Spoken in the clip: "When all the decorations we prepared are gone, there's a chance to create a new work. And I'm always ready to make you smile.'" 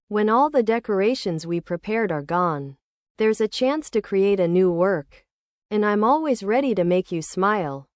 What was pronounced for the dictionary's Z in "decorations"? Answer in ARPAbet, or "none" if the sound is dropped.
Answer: Z